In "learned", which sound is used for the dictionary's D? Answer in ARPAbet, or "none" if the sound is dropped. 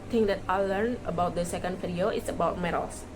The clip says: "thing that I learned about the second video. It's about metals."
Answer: none